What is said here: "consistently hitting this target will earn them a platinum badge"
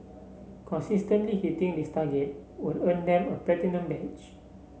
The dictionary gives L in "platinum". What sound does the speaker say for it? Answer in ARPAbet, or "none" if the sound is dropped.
none